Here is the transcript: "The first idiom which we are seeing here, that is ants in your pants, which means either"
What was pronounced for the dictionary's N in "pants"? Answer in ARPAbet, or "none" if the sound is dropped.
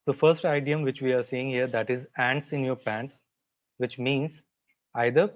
N